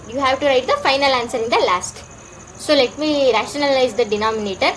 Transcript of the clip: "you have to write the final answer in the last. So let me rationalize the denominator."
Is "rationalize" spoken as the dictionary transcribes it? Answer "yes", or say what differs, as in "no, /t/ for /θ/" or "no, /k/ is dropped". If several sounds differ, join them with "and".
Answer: yes